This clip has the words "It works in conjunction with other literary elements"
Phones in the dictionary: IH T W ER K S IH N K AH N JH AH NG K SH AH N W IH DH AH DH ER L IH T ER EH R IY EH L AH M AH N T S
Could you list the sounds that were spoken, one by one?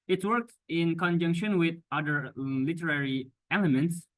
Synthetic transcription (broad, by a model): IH T W ER K S IH N K AH N JH AH NG K SH AH N W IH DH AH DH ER L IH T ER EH R IY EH L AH M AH N T S